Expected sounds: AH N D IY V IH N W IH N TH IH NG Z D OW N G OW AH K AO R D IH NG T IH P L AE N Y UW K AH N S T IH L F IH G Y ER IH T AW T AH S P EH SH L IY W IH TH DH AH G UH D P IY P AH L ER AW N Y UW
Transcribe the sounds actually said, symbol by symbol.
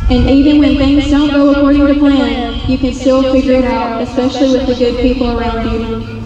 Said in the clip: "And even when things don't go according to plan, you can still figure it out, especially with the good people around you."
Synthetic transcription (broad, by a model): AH N IY V IH N W IH N TH IH NG Z D OW N G OW AH K AO R D IH NG T IH P L AE N Y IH K AH N S T IH L F IH G Y ER IH T AW T AH S P EH SH L IY W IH DH AH G UH D P IY P L ER AW N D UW